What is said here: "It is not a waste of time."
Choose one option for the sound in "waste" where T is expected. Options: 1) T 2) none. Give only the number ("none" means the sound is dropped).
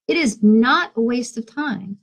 1